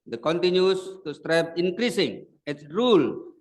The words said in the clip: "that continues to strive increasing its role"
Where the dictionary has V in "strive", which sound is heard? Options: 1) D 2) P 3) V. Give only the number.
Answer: 2